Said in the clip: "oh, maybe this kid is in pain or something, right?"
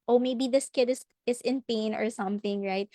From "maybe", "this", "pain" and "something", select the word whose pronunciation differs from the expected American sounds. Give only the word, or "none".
none